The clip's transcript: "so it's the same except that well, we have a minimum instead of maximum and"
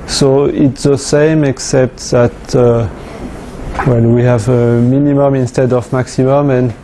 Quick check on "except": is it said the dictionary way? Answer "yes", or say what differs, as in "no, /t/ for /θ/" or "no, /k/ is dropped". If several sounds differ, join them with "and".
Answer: yes